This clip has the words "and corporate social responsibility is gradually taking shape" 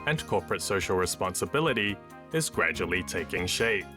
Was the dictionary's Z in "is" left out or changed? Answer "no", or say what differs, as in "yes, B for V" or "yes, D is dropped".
no